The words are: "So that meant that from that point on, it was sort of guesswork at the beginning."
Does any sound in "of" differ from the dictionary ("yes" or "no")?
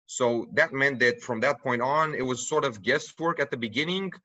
no